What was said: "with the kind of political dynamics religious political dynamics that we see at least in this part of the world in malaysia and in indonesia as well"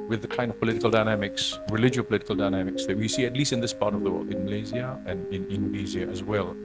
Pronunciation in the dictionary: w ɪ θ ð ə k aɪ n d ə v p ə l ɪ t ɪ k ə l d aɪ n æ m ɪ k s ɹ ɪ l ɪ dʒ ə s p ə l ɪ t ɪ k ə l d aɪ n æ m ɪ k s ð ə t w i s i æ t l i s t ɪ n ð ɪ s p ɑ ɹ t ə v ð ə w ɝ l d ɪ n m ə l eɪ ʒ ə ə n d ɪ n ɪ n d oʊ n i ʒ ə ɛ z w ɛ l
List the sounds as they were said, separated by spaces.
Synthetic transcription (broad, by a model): w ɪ ð ə k aɪ n d ə v p ə l ɪ t ɪ k ə l d aɪ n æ m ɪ k s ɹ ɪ l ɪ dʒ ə p ə l ɪ t ɪ k ə l d aɪ n æ m ɪ k s ð ə t w i s i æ t l i s t ɪ n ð ɪ s p ɑ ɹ t ə v ð ə w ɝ l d ɪ n m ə l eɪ z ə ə n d ɪ n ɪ n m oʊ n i z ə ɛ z w ɛ l